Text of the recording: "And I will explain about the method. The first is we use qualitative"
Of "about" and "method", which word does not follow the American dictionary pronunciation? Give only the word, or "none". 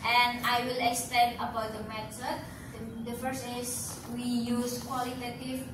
method